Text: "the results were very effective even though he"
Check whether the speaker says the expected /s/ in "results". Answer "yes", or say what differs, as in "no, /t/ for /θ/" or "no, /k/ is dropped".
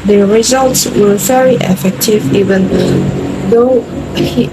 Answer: yes